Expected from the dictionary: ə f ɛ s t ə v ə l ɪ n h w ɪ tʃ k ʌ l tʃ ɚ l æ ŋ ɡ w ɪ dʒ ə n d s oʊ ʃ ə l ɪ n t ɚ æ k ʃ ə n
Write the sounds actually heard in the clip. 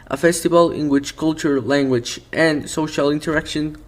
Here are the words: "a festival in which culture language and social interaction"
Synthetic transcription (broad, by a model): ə f ɛ s t ə v ə l ɪ n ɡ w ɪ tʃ k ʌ l tʃ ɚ l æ ŋ ɡ w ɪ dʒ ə n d s oʊ ʃ ə l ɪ n t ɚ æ k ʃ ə n